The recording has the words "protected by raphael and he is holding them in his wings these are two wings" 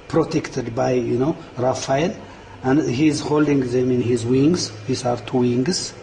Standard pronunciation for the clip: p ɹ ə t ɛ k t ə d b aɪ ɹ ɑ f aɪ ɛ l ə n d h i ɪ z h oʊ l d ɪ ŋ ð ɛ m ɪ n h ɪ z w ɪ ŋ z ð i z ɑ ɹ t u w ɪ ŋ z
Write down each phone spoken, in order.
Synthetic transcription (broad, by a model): p ɹ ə t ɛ k t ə d b aɪ ɹ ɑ f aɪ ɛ n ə n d h i z h oʊ l d ɪ ŋ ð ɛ m ɪ n h ɪ z w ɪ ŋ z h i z ɑ ɹ t u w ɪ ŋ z